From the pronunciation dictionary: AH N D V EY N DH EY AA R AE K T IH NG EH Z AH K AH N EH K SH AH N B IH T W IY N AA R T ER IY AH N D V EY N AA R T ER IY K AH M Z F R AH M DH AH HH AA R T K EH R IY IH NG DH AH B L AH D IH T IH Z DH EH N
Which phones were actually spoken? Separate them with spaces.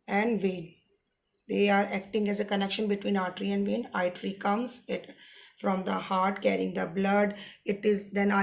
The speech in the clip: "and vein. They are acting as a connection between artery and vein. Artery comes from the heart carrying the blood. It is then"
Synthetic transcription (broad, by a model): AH N D V EY N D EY AA R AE K T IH NG EH Z AH K AH N EH K SH AH N B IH T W IY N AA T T IY AH N D V EY N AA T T IY K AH M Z F R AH M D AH HH AA R T K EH R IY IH NG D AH B L AH D IH T IH Z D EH N